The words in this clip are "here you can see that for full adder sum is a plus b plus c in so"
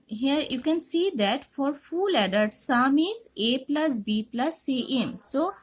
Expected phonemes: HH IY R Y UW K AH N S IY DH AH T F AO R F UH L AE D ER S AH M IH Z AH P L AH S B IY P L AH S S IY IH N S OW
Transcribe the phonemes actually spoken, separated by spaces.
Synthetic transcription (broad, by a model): HH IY R Y UW K AH N S IY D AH T F AO R F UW L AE D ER S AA M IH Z AH P L AH S B IY P L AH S S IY IH N S OW